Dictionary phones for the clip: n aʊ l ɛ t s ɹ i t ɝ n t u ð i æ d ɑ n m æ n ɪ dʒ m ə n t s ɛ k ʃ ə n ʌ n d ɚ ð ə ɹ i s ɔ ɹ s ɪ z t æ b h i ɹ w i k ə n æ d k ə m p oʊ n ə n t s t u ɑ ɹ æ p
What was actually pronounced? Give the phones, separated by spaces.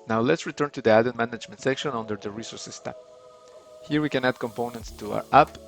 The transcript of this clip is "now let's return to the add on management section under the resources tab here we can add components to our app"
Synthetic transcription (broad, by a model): n aʊ l ɛ t s ɹ i t ɝ n t u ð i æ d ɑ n m æ n ɪ dʒ m ə n t s ɛ k ʃ ə n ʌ n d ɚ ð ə ɹ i s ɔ ɹ s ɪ s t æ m h i ɹ w i k ə n æ d k ə m p oʊ n ə n t s t u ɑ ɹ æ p